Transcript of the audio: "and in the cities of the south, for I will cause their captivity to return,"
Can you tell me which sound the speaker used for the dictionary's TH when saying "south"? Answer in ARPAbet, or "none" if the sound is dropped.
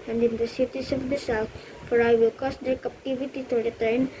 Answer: T